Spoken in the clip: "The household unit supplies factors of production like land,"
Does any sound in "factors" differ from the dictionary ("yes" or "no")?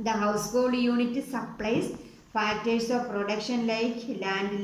yes